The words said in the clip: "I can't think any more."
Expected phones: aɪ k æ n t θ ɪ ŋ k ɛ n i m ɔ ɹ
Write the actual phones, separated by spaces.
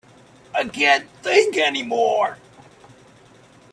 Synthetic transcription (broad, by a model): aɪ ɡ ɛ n θ ɪ ŋ k ɛ n i m ɔ ɹ